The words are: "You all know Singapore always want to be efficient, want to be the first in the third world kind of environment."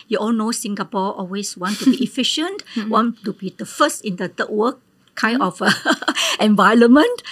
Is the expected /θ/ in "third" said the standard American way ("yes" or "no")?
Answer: no